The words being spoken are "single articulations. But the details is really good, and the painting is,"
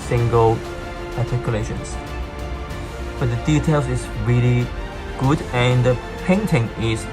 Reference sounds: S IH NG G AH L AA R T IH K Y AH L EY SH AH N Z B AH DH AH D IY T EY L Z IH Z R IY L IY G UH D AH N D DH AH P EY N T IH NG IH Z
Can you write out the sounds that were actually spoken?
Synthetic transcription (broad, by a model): S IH NG G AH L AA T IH K Y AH L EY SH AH N S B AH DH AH D IY T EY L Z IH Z R IY L IY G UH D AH N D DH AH P EY N T IH NG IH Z